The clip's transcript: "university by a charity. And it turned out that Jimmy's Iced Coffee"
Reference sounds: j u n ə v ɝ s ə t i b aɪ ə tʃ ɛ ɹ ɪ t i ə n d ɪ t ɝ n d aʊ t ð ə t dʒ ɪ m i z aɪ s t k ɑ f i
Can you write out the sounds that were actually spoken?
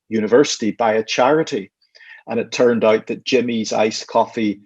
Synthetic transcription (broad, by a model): j u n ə v ɝ s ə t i b aɪ ə tʃ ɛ ɹ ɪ t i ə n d ɪ t ɝ n d aʊ t ð ə t dʒ ɪ m i z aɪ s k ɑ f i